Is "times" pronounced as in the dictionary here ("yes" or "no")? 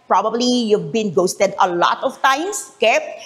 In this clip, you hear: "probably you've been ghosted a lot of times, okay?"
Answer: no